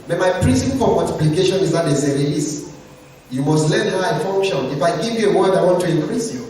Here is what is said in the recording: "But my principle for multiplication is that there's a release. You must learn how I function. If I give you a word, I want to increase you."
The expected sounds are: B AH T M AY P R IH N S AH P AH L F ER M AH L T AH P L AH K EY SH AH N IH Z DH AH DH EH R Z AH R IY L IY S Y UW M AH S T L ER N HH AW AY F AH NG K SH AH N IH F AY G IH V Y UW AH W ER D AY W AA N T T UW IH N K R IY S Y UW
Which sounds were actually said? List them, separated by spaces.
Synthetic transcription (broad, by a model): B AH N M AY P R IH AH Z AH N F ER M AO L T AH P L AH K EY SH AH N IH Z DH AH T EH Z AH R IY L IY S Y UW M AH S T L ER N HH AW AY F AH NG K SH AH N IH F AY G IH V Y UW AH W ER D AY W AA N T T UW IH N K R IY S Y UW